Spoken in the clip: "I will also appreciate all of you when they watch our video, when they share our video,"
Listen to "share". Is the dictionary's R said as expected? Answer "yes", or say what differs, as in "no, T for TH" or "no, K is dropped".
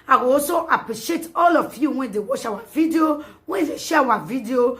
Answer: no, W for R